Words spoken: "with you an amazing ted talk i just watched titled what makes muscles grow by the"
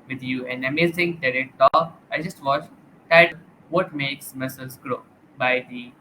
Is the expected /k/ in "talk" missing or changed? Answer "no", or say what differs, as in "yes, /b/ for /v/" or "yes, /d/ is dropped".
yes, /k/ is dropped